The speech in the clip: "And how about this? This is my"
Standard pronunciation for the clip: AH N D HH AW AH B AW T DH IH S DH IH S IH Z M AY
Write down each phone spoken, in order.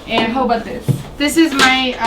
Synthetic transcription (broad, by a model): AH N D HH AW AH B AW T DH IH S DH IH S IH Z M AY